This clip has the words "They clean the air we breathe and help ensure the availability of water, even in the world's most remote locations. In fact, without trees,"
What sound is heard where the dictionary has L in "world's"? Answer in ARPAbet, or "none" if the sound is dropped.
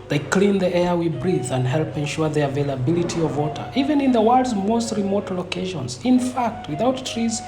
none